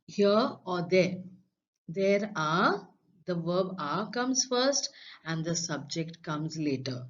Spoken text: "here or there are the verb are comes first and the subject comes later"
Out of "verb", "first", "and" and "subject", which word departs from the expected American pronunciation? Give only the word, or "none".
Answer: none